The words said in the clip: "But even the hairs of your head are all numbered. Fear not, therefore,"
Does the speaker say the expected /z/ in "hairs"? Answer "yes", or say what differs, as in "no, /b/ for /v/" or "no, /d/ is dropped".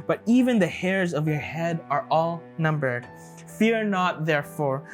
yes